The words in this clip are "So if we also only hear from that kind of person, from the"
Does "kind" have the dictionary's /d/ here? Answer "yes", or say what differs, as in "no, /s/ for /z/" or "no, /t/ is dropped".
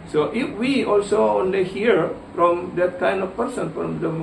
yes